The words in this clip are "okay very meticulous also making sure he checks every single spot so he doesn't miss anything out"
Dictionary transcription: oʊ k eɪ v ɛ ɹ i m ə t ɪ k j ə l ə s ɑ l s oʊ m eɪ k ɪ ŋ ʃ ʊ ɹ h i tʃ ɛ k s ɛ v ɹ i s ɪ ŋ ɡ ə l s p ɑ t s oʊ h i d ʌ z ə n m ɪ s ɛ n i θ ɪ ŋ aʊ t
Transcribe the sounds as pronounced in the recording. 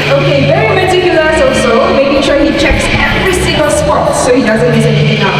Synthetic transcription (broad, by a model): oʊ k eɪ v ɛ ɹ i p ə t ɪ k j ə l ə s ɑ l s oʊ m eɪ k ɪ ŋ ʃ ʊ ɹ h i tʃ ɛ k s ɛ v ɹ i s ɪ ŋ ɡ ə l s p ɑ t s oʊ h i d ʌ z ə n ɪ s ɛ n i t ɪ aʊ